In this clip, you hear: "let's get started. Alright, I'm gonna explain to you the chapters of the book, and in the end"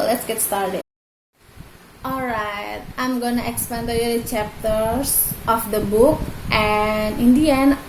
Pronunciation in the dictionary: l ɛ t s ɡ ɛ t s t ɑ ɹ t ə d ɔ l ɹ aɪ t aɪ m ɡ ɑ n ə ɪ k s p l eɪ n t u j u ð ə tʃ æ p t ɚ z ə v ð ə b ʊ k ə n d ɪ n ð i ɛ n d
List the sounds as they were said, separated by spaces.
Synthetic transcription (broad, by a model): l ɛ t s ɡ ɛ t s t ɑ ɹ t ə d ɔ l ɹ aɪ t aɪ m ɡ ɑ n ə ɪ k s p eɪ n t u j u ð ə tʃ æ p t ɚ s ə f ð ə b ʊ k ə n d ɪ n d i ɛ n